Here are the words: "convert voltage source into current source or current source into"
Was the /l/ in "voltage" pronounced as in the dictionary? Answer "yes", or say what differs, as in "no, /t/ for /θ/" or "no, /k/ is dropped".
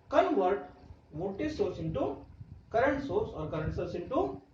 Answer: no, /l/ is dropped